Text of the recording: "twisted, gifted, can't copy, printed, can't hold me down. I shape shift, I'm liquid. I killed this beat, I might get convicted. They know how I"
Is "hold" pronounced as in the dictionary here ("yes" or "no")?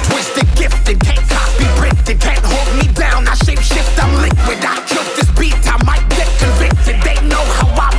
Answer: yes